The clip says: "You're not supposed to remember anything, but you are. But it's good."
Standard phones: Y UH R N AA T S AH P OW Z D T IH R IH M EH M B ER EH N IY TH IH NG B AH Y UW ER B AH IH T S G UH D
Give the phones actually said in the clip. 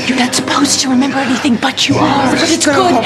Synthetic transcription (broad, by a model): Y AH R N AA T S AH P OW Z T IH R IH M EH M B ER EH N IY TH IH NG B AH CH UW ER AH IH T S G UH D